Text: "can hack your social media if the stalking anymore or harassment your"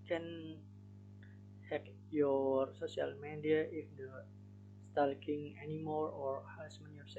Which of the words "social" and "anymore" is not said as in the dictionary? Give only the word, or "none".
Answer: social